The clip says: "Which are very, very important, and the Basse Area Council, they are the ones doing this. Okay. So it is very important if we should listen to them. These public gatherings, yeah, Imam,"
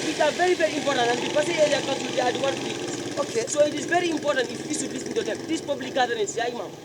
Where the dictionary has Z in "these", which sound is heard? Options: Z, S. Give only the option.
S